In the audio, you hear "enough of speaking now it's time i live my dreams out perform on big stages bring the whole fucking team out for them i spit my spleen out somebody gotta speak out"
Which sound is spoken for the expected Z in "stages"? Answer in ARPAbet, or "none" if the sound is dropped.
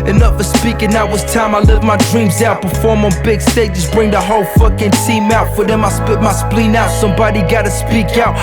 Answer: S